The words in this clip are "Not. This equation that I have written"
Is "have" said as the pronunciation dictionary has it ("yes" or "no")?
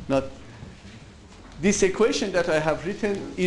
yes